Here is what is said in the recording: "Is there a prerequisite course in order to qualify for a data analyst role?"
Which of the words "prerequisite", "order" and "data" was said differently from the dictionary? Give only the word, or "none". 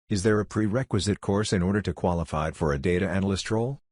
none